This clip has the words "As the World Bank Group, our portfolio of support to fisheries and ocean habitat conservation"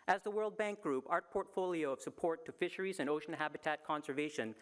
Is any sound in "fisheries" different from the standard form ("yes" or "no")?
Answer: no